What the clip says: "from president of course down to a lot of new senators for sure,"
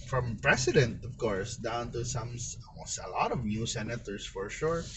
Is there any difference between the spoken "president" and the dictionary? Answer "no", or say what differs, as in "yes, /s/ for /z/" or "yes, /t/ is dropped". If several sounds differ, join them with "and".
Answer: yes, /s/ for /z/